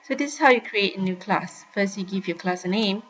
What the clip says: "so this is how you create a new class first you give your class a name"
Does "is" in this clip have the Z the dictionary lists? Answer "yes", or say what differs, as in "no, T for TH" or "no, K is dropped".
no, S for Z